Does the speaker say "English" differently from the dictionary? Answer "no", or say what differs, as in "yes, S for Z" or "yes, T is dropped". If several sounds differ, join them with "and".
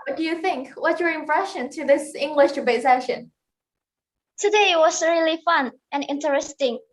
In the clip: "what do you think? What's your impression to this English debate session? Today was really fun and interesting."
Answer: no